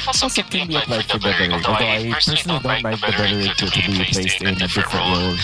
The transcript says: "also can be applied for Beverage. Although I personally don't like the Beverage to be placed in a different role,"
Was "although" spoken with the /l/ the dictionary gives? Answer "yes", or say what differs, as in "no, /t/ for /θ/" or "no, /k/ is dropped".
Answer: no, /l/ is dropped